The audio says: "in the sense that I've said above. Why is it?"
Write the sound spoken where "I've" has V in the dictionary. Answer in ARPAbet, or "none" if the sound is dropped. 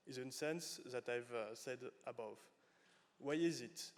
V